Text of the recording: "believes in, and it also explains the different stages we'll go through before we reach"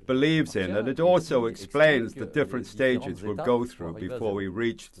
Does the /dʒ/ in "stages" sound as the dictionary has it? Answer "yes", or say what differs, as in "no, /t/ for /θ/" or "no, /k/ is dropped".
yes